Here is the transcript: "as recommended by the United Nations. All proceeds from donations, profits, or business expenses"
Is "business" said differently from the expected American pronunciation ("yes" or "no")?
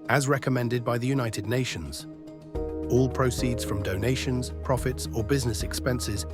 no